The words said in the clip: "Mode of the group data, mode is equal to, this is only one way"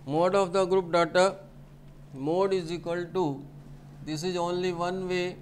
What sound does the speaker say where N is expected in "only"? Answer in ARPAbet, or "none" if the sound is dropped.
N